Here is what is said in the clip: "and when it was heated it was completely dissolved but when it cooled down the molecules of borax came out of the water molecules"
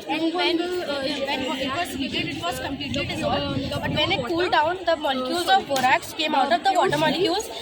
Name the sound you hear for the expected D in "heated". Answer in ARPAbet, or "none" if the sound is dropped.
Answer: none